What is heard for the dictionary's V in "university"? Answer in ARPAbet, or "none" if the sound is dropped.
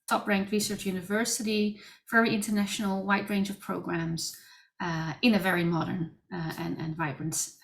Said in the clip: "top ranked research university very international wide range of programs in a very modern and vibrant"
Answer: V